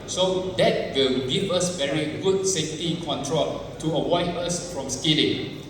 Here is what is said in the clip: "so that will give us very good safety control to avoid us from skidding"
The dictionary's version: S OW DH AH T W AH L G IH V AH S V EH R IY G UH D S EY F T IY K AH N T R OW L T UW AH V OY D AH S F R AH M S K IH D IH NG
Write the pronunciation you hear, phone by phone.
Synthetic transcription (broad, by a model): S OW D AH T W AH L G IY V AH S V EH R IY G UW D S EY F T IY K AH N T R OW L T UW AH W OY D AH S F R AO M S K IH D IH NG